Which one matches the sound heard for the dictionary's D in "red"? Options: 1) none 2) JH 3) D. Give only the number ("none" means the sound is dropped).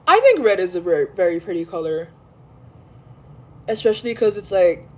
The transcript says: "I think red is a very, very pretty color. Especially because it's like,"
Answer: 3